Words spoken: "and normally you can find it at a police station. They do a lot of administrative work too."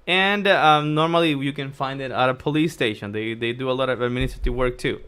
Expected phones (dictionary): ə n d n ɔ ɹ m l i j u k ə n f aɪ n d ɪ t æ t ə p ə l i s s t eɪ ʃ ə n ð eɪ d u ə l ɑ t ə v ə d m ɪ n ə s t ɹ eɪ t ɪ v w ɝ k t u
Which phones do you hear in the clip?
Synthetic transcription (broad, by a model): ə n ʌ n ɔ ɹ m l i j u k ə n f aɪ n d ɪ t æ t ə p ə l i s s t eɪ ʃ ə n ð eɪ d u ə l ɑ t ə v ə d m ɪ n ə t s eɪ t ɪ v w ɝ k t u